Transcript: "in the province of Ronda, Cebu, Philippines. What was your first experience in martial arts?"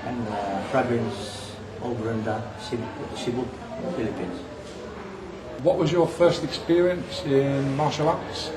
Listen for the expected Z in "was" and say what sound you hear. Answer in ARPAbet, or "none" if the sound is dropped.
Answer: Z